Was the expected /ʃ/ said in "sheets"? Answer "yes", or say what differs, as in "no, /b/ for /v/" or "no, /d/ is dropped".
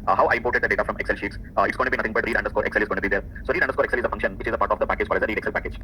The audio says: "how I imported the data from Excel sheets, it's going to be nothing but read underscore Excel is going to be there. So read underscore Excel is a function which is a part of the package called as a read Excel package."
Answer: yes